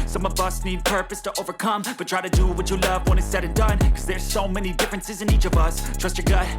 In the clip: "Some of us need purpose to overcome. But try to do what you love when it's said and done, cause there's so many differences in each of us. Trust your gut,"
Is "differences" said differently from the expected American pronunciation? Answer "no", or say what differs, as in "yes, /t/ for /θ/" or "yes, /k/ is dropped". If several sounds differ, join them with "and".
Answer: no